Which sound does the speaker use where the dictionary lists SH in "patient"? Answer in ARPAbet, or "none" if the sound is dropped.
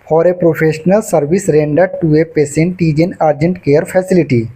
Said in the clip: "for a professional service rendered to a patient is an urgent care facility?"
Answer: S